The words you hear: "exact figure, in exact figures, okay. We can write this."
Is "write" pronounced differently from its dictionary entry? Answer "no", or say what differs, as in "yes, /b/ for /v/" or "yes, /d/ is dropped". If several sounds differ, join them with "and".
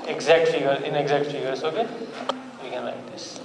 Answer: yes, /l/ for /ɹ/